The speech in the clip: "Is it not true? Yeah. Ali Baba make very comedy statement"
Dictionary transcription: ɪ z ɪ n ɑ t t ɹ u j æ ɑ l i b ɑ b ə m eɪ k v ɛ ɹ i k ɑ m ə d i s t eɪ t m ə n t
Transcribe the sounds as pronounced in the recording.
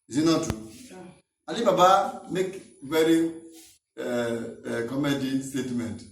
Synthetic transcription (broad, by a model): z ɪ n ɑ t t u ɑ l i b ɑ b ə m eɪ k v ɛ ɹ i k ɑ m ə d i s t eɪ t m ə n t